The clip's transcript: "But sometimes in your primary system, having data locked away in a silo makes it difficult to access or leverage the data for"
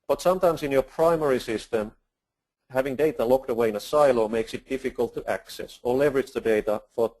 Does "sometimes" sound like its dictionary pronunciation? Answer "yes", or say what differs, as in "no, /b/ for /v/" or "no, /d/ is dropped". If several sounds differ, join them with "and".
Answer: no, /s/ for /z/